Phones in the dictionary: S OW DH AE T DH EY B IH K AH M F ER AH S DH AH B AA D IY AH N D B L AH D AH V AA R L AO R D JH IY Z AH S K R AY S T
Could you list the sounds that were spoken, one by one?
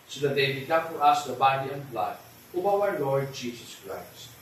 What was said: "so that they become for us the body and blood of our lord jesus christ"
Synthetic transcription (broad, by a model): S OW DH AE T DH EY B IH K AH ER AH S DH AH B AA D IY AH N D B L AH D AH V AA W L AO R D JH IY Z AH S K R AY S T